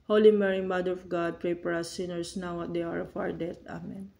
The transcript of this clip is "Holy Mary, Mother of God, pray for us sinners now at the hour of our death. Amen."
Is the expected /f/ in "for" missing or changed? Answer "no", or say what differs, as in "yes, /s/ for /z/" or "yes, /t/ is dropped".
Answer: yes, /p/ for /f/